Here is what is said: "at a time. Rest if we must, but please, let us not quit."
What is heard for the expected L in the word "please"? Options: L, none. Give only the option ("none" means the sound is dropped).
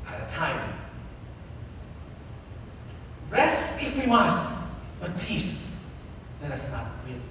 none